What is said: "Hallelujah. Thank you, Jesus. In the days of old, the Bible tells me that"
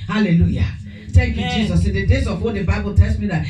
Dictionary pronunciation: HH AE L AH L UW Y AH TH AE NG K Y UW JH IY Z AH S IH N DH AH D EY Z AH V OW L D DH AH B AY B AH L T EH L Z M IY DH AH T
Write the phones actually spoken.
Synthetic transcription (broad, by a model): HH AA L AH L UW Y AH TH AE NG K Y UW JH IY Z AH S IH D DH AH D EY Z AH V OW D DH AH B AY B AH L T EH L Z M IY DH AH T